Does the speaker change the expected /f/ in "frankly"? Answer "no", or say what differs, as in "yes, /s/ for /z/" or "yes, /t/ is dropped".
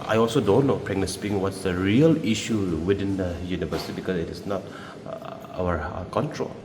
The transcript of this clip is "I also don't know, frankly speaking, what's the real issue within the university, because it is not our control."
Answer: yes, /p/ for /f/